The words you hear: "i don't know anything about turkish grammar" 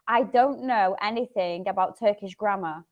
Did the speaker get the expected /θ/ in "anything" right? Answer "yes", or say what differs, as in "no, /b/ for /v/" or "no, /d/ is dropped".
yes